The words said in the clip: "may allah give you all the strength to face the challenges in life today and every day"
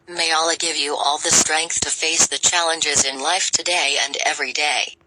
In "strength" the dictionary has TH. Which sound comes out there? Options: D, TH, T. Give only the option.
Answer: TH